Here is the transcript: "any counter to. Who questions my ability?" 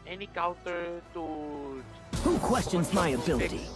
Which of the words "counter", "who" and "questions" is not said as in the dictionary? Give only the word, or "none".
counter